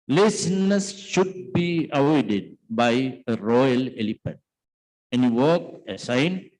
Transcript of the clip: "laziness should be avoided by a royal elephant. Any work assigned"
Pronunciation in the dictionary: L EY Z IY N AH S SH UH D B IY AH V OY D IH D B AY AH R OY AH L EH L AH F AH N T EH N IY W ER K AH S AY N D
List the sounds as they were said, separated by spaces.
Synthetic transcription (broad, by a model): L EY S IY N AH S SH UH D B IY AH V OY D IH D B AY AH R OY AH L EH L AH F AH T EH N IY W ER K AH S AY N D